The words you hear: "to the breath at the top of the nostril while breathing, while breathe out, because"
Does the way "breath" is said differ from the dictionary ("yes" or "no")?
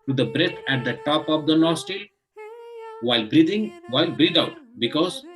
yes